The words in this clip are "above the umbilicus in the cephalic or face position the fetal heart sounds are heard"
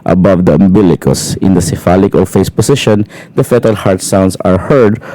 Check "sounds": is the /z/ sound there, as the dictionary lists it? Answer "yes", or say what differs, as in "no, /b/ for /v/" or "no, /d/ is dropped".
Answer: no, /s/ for /z/